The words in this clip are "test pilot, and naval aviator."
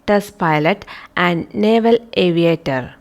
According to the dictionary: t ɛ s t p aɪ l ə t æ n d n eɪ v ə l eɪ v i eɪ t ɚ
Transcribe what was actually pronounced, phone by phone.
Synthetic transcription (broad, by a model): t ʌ s p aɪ l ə t æ n d n eɪ v ə l eɪ v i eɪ t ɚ